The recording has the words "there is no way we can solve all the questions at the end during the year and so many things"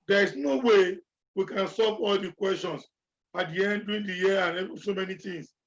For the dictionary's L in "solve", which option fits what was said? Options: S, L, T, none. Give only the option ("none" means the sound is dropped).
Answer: none